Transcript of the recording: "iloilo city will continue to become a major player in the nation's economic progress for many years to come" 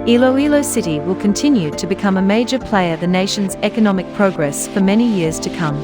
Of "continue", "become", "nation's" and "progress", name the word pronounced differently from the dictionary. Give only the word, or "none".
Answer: none